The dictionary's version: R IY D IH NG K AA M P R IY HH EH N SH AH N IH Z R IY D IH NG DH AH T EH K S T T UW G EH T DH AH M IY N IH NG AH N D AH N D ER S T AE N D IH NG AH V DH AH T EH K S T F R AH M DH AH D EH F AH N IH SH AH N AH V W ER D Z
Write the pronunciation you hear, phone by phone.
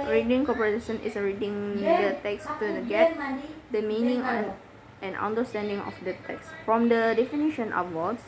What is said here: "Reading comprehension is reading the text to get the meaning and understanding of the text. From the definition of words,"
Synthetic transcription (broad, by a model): R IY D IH NG K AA P IY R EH SH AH N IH S R IY D IH NG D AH T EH K S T T UW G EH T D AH M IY N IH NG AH N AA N D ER S T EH N D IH NG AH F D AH T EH K S F R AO M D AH D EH F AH N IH SH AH N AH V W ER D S